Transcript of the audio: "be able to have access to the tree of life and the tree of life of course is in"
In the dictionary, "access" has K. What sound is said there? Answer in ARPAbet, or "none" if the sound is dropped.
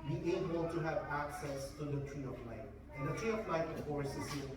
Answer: K